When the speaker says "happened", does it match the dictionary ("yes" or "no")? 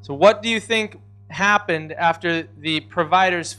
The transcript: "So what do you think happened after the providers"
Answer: yes